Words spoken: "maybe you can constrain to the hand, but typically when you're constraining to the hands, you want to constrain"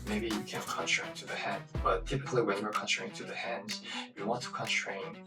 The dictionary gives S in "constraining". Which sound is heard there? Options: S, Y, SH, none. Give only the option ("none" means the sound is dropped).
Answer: none